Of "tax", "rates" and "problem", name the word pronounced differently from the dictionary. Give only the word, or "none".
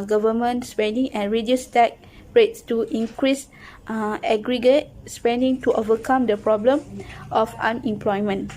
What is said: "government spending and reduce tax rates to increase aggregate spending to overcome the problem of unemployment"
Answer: tax